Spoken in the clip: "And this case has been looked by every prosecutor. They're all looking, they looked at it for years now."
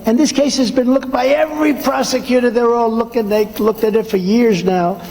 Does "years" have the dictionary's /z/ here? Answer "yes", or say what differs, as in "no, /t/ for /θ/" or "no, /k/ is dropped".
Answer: yes